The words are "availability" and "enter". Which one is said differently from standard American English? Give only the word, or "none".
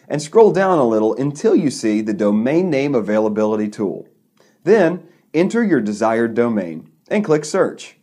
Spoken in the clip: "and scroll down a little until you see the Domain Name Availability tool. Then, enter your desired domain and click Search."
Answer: none